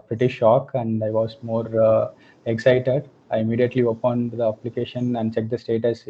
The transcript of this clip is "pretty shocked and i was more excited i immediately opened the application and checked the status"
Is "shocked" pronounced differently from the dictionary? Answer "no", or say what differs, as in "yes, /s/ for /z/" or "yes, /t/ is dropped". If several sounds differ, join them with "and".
yes, /t/ is dropped